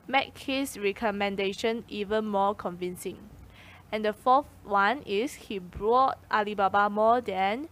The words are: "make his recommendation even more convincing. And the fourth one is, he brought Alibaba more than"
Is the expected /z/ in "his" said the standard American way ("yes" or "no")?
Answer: no